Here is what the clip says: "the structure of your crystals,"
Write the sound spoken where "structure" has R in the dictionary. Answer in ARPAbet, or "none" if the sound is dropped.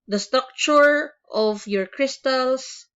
none